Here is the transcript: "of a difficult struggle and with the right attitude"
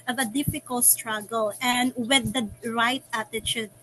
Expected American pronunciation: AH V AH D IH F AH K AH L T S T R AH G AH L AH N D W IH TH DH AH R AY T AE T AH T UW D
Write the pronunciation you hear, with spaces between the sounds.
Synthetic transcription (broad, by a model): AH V AH D IH F AH K AH L T S T R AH G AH L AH N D W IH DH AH R AY T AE T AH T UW D